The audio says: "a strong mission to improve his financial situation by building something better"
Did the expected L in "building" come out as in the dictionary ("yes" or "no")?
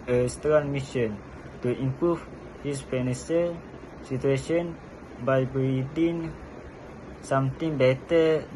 no